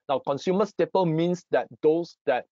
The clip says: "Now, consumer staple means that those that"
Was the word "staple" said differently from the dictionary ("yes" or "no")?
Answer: no